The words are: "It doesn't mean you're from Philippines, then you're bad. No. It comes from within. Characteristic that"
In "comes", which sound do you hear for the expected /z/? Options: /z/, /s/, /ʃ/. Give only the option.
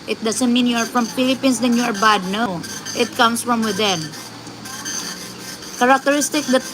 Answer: /s/